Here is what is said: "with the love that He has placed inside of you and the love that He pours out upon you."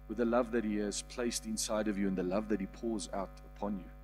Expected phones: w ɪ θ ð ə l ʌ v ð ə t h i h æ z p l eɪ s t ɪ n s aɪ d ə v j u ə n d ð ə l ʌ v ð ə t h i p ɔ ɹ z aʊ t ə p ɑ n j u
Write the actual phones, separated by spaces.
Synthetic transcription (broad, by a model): w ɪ ð ə l ʌ v ð ə t h i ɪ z p l eɪ s t ɪ n s aɪ d ə v j u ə n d ð ə l ʌ v ð ə t h i p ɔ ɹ z aʊ t ə p ɑ n j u